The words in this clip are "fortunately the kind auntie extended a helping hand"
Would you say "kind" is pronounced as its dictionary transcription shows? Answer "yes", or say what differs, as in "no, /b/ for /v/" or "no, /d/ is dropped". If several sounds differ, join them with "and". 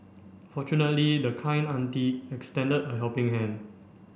no, /d/ is dropped